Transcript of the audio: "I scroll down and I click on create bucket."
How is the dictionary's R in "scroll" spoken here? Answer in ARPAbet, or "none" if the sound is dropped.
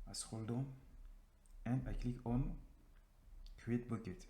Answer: none